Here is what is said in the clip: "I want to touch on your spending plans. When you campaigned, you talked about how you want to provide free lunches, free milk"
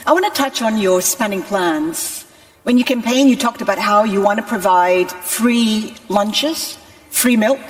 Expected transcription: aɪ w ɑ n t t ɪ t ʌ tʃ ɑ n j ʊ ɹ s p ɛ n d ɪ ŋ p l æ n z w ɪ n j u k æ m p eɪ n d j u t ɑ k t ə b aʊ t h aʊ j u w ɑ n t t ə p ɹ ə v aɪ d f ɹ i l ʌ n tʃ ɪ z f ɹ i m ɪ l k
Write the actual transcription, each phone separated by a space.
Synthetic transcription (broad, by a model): aɪ w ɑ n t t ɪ t ʌ tʃ n j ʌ ɹ s p ɛ n d ɪ ŋ p l æ n z w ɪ n j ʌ k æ m p eɪ n j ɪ t ɑ k t ə b aʊ t h aʊ j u w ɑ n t t ə p ɹ ə v aɪ d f ɹ i l ʌ n tʃ ɪ z f ɹ i m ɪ l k